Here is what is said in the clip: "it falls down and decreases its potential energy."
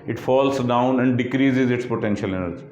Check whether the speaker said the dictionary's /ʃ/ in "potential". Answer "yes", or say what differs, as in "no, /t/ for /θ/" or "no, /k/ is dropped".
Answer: yes